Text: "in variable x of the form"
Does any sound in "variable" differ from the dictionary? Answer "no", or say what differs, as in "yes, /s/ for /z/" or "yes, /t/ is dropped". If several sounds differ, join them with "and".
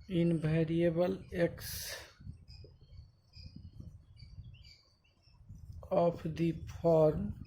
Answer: yes, /b/ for /v/